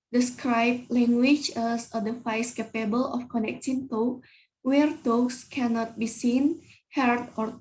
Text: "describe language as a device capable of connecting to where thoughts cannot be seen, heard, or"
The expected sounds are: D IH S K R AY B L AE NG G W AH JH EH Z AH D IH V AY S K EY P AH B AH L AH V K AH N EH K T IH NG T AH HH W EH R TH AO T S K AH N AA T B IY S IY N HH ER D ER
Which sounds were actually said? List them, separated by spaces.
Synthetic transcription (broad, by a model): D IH S K R AY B L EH NG G W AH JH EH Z AH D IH F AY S K EY P AH B AH L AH F K AH N EH K T IH NG T AH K W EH R T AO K S K AH N AA T B IY S IY N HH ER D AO